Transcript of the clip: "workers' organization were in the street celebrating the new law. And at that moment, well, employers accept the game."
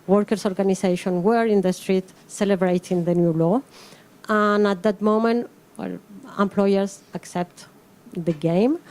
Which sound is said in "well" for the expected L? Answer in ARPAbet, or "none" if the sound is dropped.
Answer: L